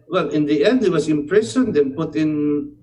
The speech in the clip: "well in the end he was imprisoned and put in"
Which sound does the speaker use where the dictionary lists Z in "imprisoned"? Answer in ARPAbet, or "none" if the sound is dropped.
S